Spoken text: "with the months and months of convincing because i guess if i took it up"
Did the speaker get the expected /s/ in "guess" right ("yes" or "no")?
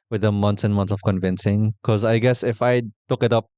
yes